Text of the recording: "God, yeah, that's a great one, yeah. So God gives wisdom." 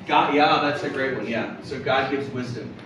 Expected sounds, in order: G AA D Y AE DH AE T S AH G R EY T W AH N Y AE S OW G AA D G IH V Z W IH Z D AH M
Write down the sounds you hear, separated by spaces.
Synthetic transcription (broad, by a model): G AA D Y AE DH AE T S AH G R EY T W AH N Y AE S OW G AA D G IH V Z W IH Z D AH M